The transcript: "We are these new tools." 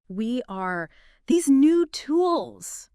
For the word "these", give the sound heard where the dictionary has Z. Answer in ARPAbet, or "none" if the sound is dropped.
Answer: Z